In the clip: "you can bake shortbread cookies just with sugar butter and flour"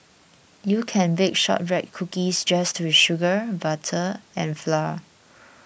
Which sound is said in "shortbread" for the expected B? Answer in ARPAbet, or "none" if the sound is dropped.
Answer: none